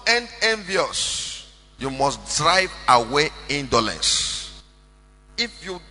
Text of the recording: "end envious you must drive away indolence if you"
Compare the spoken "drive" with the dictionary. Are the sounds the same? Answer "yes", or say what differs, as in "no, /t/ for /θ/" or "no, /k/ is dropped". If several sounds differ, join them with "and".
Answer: yes